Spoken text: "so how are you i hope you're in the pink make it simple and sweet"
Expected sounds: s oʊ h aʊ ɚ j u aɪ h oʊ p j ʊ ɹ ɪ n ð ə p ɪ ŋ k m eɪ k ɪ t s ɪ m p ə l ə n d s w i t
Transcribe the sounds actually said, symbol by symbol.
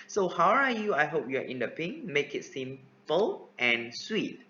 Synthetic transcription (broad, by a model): s oʊ h aʊ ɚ j u aɪ h oʊ p j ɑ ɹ ɪ n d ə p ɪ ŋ m eɪ k ɪ t s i m f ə l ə n s w i t